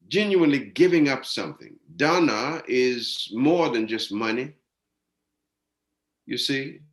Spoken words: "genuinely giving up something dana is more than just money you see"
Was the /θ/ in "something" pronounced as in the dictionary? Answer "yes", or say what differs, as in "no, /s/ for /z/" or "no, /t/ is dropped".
yes